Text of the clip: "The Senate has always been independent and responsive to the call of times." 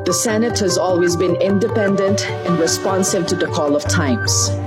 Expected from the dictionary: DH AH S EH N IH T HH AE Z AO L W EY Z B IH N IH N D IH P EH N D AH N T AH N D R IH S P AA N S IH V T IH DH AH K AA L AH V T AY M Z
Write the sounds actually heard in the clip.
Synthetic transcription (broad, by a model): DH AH S EH N IH T HH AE Z AO L W EY Z B IH N IH N D IH P EH N D AH N T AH N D R IH S P AA N S IH V T IH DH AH K AA L AH V T AY M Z